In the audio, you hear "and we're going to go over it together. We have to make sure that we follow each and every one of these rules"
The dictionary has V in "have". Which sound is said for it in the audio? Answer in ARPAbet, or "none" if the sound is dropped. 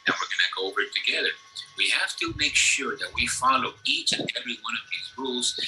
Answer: F